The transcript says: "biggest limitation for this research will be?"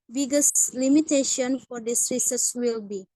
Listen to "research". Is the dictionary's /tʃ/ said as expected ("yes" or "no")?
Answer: no